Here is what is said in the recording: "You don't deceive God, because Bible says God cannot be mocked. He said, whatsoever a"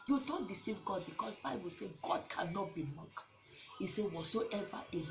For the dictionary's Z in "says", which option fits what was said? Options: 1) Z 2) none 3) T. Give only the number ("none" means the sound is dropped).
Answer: 2